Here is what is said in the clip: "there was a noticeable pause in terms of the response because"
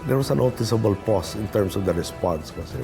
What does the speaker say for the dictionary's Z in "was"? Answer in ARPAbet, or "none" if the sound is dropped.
S